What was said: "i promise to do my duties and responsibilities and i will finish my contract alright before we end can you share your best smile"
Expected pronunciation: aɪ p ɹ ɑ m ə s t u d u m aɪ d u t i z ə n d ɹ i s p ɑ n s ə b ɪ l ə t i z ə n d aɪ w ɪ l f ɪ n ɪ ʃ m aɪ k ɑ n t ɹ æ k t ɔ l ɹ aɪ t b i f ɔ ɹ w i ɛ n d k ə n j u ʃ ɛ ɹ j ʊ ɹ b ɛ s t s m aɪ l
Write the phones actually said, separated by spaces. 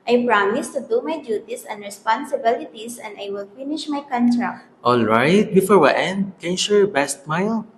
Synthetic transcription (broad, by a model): aɪ p ɹ ɑ m ə s t u d u m aɪ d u t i s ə n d ɹ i s p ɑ n s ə b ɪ l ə t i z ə n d aɪ w ɪ l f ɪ n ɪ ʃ m aɪ k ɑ n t ɹ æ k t ɔ l ɹ aɪ t b i f ɔ ɹ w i ɛ n d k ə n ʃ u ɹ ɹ b ɛ s t m aɪ l